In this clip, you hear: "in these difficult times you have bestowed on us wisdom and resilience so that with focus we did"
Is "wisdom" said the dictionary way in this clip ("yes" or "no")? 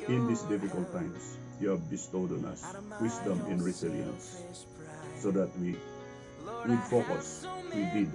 no